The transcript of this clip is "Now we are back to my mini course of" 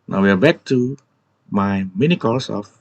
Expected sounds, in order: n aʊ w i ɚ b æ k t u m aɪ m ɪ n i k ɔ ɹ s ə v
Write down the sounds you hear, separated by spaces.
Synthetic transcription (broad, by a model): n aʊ w i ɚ b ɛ k t u m aɪ m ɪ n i k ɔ l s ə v